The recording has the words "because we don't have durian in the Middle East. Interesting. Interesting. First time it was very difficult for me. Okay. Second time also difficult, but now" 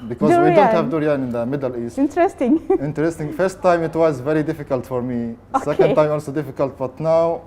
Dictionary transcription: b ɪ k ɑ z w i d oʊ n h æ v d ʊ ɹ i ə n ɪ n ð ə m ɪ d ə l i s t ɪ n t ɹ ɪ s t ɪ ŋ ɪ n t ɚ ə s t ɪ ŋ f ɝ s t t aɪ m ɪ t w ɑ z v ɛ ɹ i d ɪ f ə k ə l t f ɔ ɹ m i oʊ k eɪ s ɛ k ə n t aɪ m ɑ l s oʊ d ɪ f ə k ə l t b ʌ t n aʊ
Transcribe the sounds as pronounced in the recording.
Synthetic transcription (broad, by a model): b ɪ k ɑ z w i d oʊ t h æ v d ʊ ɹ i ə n ɪ n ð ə m ɪ d ə l i s t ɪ n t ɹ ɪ s t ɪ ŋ ɪ n t ɚ ə s t ɪ ŋ f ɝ s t t aɪ m ɪ t w ɑ z v ɛ ɹ i d ɪ f ə k ə l t f ɔ ɹ m i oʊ s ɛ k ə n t aɪ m ɑ l s oʊ d ɪ f ə k ə l t b ʌ t n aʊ